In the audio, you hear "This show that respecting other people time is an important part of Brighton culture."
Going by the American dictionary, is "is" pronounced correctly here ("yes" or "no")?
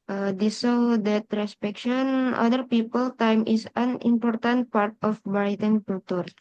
no